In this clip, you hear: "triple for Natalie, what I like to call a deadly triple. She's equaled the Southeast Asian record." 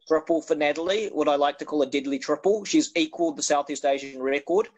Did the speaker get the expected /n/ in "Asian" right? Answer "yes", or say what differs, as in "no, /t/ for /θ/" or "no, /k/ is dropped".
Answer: yes